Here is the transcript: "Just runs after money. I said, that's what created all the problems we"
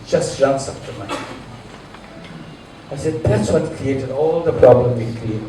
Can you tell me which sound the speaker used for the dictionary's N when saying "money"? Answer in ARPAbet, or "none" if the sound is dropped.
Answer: none